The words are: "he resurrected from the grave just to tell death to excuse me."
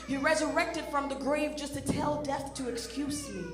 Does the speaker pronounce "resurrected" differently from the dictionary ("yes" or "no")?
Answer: no